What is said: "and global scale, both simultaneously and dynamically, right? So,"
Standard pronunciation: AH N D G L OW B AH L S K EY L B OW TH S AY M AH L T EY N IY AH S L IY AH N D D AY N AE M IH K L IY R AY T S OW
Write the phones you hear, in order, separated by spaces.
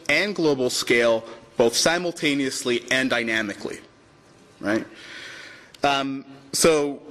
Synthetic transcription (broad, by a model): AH N G L OW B L S K EY L B OW TH S AY M L T EY N IY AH S L IY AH N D D AY N AE M IH K L IY R AY T S OW